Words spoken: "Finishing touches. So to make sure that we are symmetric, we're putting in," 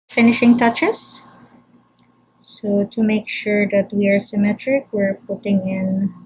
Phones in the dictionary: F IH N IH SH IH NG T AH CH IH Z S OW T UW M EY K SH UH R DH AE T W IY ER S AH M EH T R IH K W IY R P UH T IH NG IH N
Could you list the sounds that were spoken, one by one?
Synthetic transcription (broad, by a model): F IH N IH SH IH NG T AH CH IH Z S OW T UW M EY K SH UH R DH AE T W IY ER S AH M EH T R IH K W IY R P UH T IH NG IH N